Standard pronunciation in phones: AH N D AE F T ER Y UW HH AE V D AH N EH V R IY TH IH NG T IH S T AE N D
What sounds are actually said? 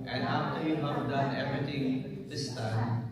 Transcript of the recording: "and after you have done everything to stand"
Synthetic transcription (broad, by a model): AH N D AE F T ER Y UW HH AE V D AH N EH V R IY T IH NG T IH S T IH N